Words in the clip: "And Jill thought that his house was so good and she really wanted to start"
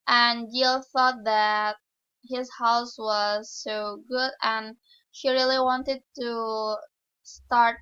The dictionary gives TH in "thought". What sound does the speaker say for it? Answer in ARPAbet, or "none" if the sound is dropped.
TH